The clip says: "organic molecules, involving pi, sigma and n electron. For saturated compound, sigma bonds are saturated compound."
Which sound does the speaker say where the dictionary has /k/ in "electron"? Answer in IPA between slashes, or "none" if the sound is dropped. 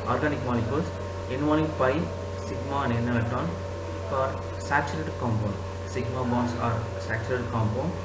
none